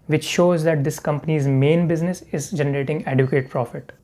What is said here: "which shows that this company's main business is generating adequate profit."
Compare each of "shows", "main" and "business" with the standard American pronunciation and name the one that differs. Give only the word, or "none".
none